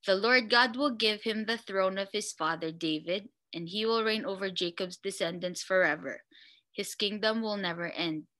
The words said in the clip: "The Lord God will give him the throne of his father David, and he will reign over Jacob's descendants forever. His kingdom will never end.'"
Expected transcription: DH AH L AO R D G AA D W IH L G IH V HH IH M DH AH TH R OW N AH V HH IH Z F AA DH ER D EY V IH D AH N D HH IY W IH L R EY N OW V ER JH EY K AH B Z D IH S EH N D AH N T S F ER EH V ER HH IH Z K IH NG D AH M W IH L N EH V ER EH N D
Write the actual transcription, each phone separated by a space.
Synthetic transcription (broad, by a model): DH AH L AO R D G AA D W IH L G IH V HH IH M DH AH TH R OW N AH V HH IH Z F AA DH ER D EY V IH D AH N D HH IY W IH L R EY N OW V ER JH EY K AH B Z D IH S EH N D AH N S F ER EH V ER HH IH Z K IH NG D AH M W IH L N EH V ER EH N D